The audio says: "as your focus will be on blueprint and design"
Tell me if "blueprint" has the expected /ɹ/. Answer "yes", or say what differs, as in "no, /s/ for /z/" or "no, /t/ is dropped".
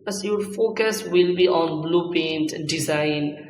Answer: no, /ɹ/ is dropped